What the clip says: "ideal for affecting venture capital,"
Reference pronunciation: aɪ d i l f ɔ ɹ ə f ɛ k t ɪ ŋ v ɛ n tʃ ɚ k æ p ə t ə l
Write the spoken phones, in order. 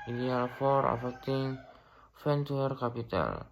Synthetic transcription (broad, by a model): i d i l f ɔ ɹ ə f ɛ k t ɪ ŋ f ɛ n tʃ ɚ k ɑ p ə t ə l